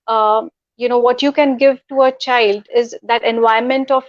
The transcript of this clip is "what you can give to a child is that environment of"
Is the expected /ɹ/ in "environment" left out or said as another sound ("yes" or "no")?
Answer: yes